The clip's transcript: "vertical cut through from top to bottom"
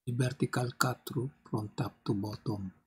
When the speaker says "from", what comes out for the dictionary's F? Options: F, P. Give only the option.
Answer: P